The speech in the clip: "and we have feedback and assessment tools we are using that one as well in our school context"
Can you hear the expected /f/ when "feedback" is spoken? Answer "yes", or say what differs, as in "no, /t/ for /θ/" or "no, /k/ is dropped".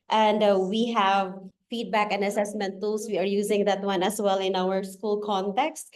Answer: yes